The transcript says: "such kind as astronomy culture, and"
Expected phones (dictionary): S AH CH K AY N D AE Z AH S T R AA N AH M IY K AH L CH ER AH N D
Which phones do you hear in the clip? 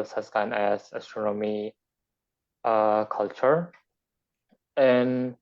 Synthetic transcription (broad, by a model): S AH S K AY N AE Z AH S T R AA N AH M IY K AH L CH ER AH N